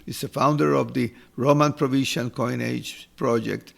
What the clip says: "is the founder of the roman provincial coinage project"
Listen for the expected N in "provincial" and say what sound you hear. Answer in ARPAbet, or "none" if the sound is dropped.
none